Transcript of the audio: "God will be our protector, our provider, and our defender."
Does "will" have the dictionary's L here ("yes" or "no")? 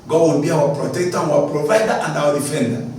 no